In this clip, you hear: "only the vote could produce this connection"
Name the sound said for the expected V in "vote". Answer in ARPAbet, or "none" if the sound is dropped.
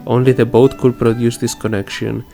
B